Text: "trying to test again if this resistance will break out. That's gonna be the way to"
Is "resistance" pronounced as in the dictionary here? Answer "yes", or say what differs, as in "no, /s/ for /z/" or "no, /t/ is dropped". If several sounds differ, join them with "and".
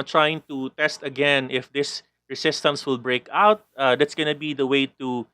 no, /s/ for /z/